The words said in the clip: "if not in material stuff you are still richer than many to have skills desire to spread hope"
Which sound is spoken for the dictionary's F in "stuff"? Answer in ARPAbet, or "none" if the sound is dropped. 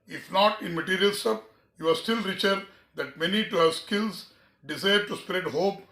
P